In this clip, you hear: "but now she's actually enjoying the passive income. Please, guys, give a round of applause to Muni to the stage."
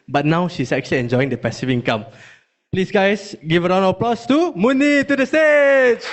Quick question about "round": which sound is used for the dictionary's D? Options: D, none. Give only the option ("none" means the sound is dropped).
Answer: none